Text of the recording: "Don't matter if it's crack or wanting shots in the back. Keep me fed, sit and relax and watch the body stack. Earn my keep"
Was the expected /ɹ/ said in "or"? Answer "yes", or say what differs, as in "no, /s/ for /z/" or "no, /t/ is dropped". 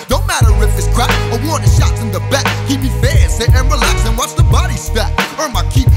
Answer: no, /w/ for /ɹ/